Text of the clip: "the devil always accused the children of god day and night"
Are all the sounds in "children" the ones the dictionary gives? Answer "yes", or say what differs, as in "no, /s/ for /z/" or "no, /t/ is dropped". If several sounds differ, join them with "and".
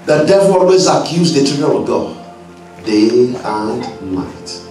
no, /n/ is dropped